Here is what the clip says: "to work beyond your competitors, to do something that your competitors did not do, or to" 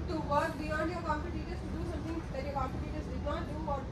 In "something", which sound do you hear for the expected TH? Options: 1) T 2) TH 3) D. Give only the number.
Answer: 1